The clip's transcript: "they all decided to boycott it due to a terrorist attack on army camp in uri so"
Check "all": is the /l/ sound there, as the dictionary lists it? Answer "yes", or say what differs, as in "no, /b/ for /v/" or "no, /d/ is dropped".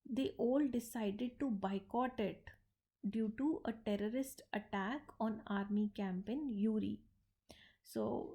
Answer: yes